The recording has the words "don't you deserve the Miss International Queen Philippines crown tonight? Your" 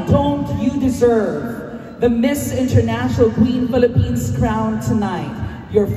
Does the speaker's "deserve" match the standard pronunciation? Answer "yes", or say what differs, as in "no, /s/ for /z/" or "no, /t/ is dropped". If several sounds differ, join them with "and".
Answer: yes